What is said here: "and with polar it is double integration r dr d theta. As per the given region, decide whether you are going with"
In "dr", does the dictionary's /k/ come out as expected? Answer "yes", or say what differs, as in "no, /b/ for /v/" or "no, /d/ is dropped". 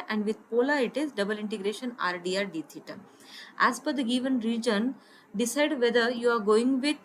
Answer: no, /k/ is dropped